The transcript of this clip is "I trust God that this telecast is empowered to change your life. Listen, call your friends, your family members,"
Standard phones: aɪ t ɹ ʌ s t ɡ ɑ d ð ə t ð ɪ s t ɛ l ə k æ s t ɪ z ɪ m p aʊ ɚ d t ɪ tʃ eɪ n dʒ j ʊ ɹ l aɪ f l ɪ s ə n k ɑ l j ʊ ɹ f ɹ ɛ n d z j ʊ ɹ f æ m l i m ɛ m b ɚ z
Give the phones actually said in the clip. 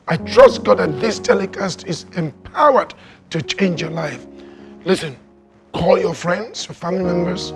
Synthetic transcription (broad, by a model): aɪ t ɹ ʌ s t ɡ ɑ d ð ə t ð ɪ s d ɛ l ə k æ s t ɪ z ɪ m p aʊ ɚ d t ɪ tʃ eɪ n dʒ j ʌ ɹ l aɪ f l ɪ s ə n k ɑ l j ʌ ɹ f ɹ ɛ n d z j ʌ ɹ f æ m l i m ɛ m b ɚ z